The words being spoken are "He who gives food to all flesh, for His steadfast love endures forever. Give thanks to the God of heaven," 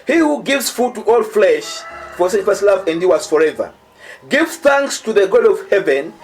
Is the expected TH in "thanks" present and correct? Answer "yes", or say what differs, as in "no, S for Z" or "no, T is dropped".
yes